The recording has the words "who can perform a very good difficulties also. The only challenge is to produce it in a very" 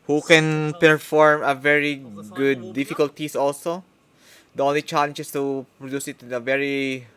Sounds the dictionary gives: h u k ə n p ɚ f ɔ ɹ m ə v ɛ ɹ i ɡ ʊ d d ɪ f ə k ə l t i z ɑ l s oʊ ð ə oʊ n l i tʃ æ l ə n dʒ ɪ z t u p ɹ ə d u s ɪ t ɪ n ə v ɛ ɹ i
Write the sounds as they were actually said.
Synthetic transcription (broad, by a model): h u k ə n p ɚ f ɔ ɹ m ə v ɛ ɹ i ɡ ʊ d d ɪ f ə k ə l t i s ɑ l s oʊ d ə oʊ n l i tʃ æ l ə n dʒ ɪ s t u p ɹ ə d u s ɪ t ɪ n ə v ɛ ɹ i